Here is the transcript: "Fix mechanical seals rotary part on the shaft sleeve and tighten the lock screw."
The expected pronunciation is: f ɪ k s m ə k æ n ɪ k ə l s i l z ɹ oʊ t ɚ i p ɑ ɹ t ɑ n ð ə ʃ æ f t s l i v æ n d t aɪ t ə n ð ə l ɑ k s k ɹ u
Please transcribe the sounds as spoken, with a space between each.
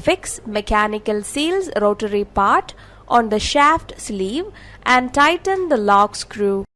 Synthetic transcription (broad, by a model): f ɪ k s m ə k æ n ɪ k ə l s i l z ɹ oʊ t ɚ i p ɑ ɹ t ɑ n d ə ʃ æ f t s l i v æ n d t aɪ t ə n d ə l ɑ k s k ɹ u